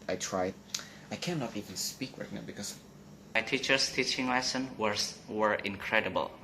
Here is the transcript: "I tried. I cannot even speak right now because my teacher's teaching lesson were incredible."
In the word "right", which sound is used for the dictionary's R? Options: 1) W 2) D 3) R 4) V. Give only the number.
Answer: 1